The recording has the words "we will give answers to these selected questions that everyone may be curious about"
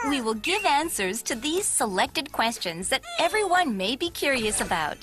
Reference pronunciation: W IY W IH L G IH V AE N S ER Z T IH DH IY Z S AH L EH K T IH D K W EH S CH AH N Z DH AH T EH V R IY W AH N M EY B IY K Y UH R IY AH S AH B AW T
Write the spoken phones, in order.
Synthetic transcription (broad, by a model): W IY W IH L G IH V AE N S ER Z T IH DH IY Z S AH L EH K T IH D K W EH S CH AH N Z DH AH T EH V R IY W AH N M EY B IY K Y UH R IY AH S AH B AW T